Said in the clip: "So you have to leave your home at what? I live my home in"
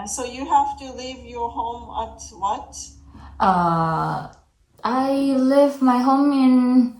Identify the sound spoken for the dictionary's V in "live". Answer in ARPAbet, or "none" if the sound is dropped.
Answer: V